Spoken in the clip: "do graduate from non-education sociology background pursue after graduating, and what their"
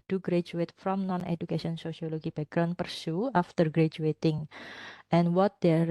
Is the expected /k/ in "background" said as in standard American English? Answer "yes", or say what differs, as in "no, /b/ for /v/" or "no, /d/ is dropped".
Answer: no, /k/ is dropped